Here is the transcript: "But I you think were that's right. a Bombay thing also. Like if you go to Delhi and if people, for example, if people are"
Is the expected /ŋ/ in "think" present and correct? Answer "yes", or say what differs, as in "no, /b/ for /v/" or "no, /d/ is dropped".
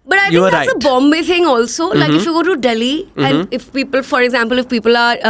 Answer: no, /ŋ/ is dropped